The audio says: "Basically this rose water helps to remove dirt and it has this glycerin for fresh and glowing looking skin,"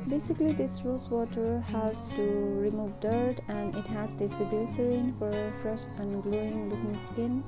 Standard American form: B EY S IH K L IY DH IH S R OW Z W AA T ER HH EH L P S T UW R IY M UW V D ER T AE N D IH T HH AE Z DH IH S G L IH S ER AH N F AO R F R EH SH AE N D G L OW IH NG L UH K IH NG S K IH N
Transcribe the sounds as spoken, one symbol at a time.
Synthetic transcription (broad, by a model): B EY S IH K L IY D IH S R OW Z W AA T ER HH EH L P S T UW R IY M UW V D ER T AE N D IH T HH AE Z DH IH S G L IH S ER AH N F AO R F R EH SH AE N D G L OW IH NG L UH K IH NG S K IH N